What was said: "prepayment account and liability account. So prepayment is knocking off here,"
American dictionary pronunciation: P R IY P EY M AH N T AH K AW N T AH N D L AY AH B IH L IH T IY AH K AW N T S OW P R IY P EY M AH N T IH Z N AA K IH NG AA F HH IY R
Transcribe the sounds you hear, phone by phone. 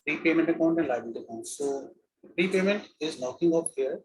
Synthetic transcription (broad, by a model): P R IY P EY M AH N T AH K AW N T AH N D L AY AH IH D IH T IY AH K AW N T S OW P R IY P EY M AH N T IH Z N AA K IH NG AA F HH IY R